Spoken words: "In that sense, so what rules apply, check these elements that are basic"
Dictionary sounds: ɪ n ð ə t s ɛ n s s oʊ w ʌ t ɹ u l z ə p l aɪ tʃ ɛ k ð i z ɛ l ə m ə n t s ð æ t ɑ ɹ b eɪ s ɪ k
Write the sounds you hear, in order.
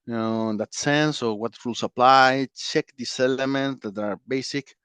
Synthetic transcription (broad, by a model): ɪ n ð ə t s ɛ n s s oʊ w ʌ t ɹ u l s ə p l aɪ tʃ ɛ k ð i s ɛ l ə m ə n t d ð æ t ɑ ɹ b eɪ s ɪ k